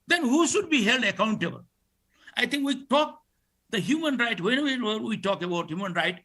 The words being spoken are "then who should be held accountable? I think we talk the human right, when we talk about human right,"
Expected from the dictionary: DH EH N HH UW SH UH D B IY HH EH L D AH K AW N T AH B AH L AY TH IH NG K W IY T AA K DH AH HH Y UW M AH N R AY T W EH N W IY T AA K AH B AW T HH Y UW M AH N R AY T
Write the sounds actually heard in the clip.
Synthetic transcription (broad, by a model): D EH N HH UW SH UH D B IY HH EH L D AH K AW N T AH B AH L AY T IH NG K W IY T AA K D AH HH Y UW M AH N R AY T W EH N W IY T AA K AH B AW T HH Y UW M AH N R AY T